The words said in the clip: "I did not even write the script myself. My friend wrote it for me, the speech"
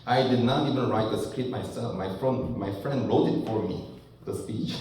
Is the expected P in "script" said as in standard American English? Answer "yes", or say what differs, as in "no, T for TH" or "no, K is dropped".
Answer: no, P is dropped